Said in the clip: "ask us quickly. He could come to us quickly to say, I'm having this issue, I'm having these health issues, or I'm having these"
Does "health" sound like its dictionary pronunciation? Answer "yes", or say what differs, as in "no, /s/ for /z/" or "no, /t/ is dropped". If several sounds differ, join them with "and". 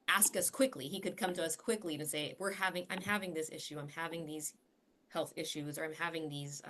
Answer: yes